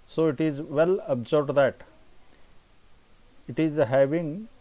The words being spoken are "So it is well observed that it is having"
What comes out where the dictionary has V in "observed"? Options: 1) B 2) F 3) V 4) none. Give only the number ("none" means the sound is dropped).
1